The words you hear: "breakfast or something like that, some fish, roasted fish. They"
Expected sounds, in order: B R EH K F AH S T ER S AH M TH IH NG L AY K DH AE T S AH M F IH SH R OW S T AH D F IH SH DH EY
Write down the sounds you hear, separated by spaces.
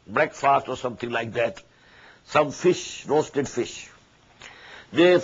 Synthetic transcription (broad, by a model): B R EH K F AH S T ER S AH M T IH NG L AY K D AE T S AH M F IH SH R OW S T AH D F IH SH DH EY